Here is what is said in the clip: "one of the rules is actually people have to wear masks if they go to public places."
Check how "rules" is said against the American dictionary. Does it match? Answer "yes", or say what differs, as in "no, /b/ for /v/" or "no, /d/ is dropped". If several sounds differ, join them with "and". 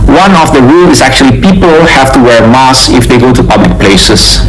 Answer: no, /z/ is dropped